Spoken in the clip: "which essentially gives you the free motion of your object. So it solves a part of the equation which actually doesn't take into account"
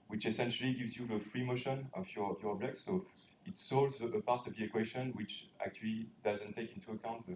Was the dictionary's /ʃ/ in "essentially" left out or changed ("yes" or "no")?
no